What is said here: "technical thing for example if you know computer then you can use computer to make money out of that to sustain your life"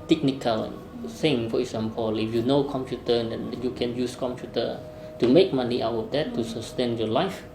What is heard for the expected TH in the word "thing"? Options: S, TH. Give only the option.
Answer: S